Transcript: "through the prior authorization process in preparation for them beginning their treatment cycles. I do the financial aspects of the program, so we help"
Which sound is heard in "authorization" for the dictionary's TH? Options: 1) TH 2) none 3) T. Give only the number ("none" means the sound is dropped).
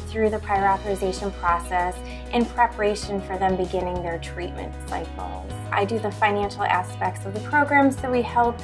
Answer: 1